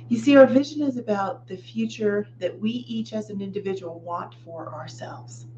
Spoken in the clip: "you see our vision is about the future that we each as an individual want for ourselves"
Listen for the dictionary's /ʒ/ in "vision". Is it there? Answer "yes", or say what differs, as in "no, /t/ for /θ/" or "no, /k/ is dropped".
yes